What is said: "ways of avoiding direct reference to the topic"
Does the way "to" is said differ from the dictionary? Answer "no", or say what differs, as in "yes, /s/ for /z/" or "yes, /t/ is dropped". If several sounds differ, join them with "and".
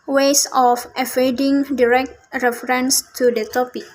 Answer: no